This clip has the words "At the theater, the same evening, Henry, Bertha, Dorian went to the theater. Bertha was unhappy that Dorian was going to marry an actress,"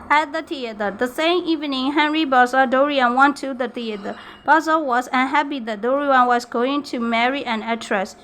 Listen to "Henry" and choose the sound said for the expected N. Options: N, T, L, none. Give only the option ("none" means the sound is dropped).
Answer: N